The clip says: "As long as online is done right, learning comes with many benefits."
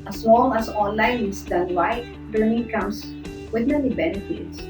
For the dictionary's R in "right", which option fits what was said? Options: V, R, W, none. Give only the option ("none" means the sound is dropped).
W